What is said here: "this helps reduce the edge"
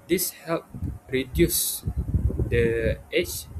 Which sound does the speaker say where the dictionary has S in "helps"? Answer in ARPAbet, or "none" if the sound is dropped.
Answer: none